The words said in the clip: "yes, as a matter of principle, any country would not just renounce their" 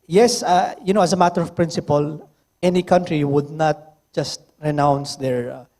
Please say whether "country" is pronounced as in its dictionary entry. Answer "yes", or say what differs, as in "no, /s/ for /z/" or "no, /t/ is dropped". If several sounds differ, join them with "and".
yes